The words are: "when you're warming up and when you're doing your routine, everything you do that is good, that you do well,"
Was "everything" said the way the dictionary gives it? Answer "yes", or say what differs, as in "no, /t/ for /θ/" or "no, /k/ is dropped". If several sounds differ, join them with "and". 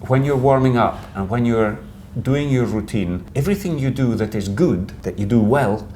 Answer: yes